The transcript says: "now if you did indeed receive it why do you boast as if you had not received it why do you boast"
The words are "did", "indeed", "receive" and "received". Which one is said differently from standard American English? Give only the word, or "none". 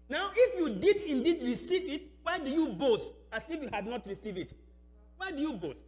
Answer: received